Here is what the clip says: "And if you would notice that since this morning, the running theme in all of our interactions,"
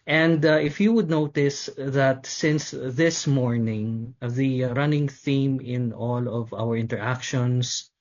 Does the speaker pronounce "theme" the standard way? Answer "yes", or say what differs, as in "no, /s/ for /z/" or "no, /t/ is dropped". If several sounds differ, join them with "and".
yes